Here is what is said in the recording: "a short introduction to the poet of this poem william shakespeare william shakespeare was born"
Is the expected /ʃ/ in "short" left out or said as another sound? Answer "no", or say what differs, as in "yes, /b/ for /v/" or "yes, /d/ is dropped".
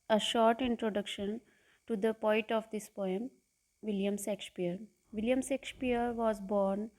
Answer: no